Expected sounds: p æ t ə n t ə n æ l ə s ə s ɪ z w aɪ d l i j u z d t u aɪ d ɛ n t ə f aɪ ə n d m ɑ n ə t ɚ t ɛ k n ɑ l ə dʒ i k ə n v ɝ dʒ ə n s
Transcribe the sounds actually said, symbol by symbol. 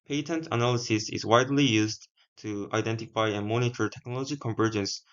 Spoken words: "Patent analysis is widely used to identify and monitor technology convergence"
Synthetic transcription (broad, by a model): p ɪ t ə n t ə n æ l ə s ə s ɪ z w aɪ d l i j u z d t u aɪ d ɛ n t ə f aɪ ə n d m ɑ n ə t ɚ t ɛ k n ɑ l ə dʒ i k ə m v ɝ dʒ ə n s